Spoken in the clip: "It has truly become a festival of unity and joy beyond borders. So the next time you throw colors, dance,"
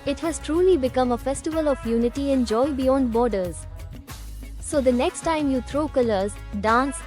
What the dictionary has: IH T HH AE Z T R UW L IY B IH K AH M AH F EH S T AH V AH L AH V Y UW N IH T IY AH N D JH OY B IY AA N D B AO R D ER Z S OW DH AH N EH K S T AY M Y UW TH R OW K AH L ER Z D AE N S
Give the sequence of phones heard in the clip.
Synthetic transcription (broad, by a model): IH T HH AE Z T R UW L IY B IH K AH M AH F EH S T AH V AH L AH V Y UW N IH T IY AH N JH OY B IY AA N D B AO R D ER Z S OW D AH N EH K S T AY M Y UW T R OW K AH L ER Z D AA N S